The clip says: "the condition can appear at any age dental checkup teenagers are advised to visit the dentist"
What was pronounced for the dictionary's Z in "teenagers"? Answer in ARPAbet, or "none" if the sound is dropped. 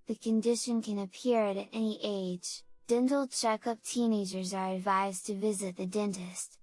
Z